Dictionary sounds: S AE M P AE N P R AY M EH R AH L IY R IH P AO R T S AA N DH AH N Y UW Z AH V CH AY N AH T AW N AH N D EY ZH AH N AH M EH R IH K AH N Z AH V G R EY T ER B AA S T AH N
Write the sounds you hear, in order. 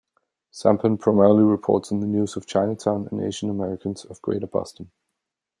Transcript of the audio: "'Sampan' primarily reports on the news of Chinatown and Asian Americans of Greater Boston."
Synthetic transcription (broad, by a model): S AE M P AE N P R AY M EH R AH L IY R IH P AO R T S N DH AH N Y UW Z AH V CH AY N AH T AW N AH N EY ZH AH N AH M EH R IH K AH N Z AH V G R EY T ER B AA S T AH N